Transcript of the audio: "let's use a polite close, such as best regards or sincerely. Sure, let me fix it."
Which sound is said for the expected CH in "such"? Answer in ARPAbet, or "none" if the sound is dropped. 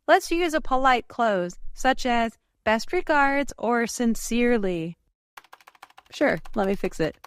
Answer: CH